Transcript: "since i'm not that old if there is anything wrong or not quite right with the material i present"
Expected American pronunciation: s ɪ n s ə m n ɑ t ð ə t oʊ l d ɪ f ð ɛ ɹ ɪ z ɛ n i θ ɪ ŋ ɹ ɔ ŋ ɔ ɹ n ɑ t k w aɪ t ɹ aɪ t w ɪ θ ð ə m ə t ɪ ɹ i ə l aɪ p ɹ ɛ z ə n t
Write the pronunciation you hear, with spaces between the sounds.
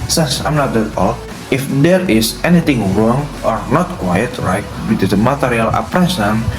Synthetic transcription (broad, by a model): s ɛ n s ə m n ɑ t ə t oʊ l ɪ f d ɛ ɹ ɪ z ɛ n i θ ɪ ŋ ɹ ɔ ŋ ɔ ɹ n ɑ t k w aɪ t ɹ aɪ t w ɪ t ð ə m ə t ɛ ɹ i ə l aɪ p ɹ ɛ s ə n